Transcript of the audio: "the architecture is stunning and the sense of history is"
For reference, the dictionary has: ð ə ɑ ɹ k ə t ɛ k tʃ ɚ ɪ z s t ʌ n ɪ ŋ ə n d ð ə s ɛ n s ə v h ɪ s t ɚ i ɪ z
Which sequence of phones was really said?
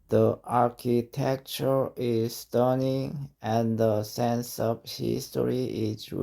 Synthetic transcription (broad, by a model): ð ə ɑ ɹ k ə t ɛ k tʃ ɚ ɪ z s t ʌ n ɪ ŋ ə n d ð ə s ɛ n s ə v h ɪ s t ɚ i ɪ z